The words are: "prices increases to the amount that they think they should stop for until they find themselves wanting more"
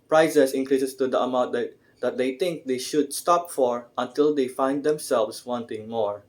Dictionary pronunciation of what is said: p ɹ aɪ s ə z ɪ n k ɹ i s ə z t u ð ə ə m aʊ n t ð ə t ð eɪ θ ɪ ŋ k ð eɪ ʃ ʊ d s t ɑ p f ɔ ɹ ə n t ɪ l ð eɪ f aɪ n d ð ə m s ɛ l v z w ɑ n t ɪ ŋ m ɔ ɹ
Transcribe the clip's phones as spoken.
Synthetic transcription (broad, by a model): p ɹ aɪ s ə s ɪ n k ɹ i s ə s t u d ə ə m aʊ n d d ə t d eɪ t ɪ ŋ k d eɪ ʃ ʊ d s t ɑ p f ɔ ɹ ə n t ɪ l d eɪ f aɪ n d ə m s ɛ l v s w ɑ n t ɪ ŋ m ɔ ɹ